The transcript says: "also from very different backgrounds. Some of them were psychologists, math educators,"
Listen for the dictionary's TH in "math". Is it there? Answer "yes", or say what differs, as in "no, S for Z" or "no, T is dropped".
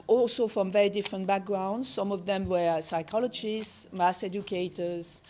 no, S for TH